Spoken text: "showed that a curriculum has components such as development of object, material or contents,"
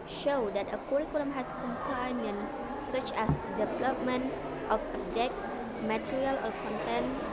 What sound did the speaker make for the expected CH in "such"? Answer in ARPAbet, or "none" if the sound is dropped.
CH